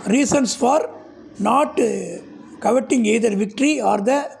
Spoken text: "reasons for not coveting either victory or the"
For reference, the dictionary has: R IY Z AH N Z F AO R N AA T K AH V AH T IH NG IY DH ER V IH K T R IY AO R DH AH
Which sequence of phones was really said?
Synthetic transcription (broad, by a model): R IY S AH N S F AO R N AA T K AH V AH T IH NG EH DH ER V IH K T R IY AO R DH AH